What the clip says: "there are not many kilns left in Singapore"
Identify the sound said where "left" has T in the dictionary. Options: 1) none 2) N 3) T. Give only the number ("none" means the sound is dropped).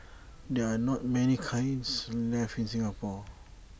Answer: 1